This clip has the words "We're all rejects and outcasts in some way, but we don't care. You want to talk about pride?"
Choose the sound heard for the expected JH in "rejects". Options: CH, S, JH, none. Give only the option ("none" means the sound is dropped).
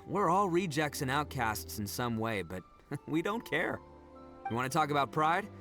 JH